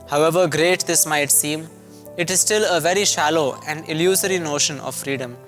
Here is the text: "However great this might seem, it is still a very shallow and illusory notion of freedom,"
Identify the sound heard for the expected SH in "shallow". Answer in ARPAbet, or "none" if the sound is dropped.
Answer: SH